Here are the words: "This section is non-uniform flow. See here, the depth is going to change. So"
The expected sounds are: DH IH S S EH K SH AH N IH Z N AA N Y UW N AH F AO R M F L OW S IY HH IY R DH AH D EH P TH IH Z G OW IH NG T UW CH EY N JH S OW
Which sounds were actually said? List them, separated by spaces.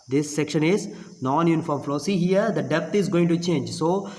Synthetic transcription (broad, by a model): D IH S S EH K SH AH N IH Z N AA N Y UW N AH F AO R M F L OW S IY HH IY R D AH D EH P T IH Z G OW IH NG T UW CH EY N JH S OW